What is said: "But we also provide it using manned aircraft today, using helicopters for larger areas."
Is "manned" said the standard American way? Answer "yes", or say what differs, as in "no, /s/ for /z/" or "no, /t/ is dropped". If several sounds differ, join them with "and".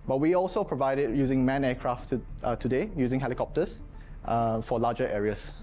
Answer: no, /d/ is dropped